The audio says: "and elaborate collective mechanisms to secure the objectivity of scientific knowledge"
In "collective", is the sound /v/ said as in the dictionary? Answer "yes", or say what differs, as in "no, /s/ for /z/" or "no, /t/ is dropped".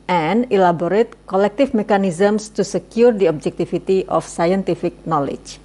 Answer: no, /f/ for /v/